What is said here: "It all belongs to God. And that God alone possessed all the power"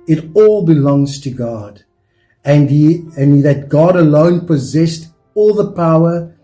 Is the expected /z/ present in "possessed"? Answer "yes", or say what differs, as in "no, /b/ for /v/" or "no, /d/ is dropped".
yes